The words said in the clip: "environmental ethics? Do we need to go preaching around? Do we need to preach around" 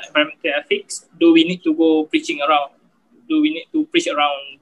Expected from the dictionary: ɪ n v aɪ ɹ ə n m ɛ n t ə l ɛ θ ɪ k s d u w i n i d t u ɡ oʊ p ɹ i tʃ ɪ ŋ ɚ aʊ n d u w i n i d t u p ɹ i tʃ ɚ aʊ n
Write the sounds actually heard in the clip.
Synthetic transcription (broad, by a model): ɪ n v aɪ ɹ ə m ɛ n t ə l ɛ f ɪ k s d u w i n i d t u ɡ oʊ p ɹ i tʃ ɪ ŋ ɚ aʊ n d u w i n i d t u p ɹ i tʃ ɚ aʊ n